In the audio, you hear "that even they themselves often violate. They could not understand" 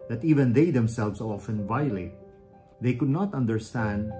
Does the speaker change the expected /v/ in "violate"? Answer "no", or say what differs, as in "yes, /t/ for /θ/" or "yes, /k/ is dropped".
no